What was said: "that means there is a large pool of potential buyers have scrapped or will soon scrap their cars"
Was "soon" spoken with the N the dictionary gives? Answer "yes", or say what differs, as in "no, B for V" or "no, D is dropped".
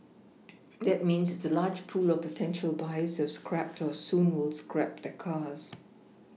no, L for N